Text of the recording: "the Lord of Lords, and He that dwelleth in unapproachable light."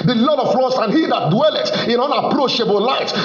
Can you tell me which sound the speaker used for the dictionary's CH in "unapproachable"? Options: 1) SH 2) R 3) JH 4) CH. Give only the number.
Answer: 1